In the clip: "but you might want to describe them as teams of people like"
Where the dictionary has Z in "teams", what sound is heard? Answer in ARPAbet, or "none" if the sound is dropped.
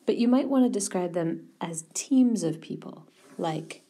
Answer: Z